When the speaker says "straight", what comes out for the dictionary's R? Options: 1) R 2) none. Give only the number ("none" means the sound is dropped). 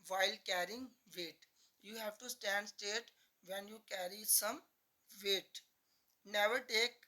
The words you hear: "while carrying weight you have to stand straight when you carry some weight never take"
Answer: 2